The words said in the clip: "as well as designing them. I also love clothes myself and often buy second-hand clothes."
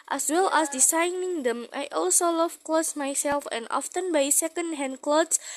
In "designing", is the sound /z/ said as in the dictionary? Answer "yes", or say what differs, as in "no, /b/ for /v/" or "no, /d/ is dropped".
no, /s/ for /z/